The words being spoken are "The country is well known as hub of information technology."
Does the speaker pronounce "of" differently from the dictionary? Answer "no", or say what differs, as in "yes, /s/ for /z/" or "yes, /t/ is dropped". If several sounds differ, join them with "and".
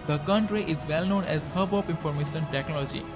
yes, /p/ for /v/